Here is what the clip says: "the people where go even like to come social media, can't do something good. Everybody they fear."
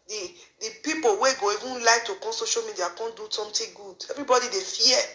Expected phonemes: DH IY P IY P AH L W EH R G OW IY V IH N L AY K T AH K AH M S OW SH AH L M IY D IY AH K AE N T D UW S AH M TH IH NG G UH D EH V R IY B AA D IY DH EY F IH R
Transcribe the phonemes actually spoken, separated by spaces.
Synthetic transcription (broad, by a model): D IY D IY P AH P W EH G OW IY V IH N L AY K T AH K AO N S OW SH AH L M IY D IY AH K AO N D UW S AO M T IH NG G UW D EH V R IY B AA D IY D EY F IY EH